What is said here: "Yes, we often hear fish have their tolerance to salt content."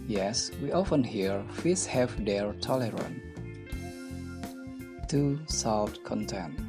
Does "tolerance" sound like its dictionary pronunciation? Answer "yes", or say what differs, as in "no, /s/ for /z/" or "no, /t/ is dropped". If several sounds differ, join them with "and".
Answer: no, /s/ is dropped